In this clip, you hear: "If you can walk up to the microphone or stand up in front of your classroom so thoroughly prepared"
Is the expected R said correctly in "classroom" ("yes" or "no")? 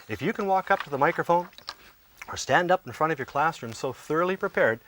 yes